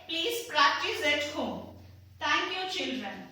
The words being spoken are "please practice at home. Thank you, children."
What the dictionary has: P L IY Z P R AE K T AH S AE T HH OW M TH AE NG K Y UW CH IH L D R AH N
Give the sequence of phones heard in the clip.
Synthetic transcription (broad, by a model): P L IY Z P R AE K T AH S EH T HH OW M T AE NG K Y UW CH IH L D R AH N